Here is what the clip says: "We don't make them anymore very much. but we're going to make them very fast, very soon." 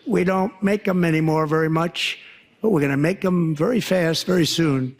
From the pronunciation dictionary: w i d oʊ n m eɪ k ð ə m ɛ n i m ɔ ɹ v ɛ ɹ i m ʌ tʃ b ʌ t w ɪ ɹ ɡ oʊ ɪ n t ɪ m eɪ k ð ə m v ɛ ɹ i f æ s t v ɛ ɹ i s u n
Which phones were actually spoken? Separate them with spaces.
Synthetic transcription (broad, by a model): w i d oʊ n m eɪ k ð ə m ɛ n i m ɔ ɹ v ɛ ɹ i m ʌ tʃ b ʌ t w ɪ ɹ ɡ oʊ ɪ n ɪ m eɪ k ð ə m v ɛ ɹ i f æ s t v ɛ ɹ i s u n